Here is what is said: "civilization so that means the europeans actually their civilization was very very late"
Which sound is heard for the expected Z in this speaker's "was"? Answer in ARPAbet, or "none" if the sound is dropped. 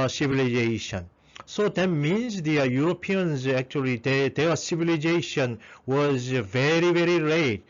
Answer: Z